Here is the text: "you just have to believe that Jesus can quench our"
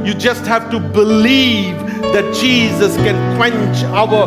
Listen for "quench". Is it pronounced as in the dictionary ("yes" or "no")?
yes